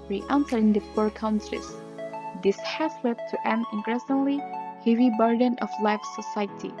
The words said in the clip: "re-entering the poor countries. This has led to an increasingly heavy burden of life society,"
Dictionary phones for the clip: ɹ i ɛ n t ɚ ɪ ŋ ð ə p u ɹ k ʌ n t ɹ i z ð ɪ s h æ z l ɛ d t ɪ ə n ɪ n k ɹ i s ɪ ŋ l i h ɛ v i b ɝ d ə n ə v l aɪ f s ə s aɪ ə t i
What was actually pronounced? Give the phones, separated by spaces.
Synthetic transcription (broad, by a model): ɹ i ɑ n s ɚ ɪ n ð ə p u ɹ k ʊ n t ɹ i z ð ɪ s h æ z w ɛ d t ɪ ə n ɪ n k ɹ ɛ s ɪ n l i h ɛ v i b ɝ d ə n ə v l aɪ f s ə s aɪ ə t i